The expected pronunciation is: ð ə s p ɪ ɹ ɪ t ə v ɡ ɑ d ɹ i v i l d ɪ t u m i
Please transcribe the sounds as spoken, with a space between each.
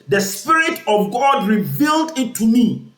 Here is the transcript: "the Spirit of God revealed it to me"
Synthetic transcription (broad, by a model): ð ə s p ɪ ɹ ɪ t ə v ɡ ɑ d ɹ i v i l d ɪ t u m i